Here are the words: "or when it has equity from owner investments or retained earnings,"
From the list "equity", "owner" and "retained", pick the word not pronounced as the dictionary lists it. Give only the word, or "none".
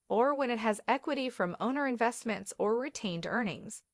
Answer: none